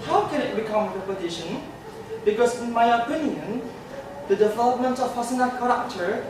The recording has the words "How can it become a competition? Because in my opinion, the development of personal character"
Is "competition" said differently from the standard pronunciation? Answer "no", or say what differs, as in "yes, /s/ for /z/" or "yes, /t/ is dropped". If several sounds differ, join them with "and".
yes, /m/ is dropped